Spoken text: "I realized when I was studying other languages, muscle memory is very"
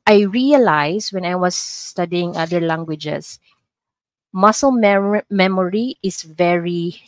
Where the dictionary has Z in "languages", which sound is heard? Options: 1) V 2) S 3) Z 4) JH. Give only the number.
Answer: 2